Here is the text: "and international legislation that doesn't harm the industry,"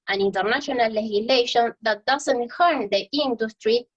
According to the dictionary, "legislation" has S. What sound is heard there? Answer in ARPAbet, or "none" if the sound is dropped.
none